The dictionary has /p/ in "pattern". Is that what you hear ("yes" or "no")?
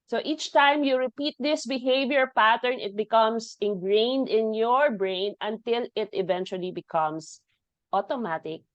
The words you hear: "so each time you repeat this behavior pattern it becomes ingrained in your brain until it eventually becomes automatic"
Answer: yes